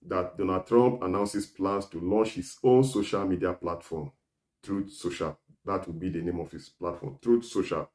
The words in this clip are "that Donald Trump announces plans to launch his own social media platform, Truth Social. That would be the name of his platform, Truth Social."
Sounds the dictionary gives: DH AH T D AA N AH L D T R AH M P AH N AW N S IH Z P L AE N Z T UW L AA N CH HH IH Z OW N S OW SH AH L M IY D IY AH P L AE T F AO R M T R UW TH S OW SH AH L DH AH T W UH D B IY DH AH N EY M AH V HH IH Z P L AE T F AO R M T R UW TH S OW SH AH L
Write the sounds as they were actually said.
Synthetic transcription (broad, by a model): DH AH T D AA N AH D T R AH M P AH N AW N S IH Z P L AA N S T UW L AA N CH HH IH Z OW N S OW SH AH L M IY D IY AH P L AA T F AO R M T R UW S OW SH AH L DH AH T W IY B IY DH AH N EY M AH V HH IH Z P L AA T F AO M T R UW S OW SH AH L